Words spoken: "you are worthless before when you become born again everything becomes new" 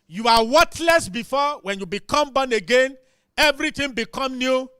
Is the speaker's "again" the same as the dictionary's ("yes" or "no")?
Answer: yes